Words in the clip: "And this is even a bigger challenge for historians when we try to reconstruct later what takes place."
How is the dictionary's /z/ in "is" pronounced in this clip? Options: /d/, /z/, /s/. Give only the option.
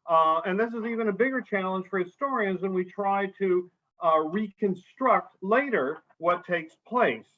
/z/